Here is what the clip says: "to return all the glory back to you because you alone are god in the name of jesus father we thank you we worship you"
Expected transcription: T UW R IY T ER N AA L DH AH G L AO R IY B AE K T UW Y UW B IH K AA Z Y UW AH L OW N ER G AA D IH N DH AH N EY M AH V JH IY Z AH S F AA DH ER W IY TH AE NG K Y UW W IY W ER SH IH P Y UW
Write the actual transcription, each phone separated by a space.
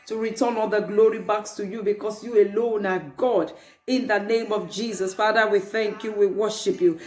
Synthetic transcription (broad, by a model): T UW R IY T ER N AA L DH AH G L AO R IY B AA K T UW Y UW B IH K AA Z Y UW AH L OW N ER G AA D IH N DH AH N EY M AH V JH IY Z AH S F AA DH ER W IY TH AE NG K Y UW W IY W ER SH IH P Y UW